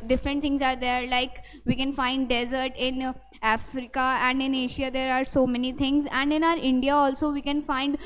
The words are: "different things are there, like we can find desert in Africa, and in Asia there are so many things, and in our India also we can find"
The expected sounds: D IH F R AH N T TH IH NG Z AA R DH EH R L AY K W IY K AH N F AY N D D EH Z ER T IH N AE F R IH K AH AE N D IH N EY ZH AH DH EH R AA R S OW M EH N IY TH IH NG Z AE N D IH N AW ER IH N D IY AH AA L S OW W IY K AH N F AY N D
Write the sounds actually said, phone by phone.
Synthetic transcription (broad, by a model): D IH F R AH N T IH NG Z AA R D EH R L AY K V IY K AH N F AY N D D EH Z ER T IH N AE F R IH K AH AE N D IH N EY SH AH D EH R AA R S OW M EH N IY T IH NG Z AE N D IH N AW ER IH N D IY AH AA L S OW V IY K AH N F AY N D